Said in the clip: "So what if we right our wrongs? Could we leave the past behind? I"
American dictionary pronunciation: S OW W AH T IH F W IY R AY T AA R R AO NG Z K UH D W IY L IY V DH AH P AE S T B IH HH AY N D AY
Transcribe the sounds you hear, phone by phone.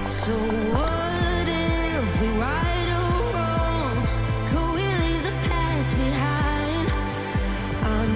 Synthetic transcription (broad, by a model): S OW W AH T IH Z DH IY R AY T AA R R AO Z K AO W IY L IY V DH AH P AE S B IH HH AY N D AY